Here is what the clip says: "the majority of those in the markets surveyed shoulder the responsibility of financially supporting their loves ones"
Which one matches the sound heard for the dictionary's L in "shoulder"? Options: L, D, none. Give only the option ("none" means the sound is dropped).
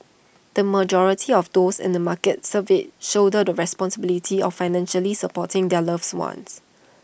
none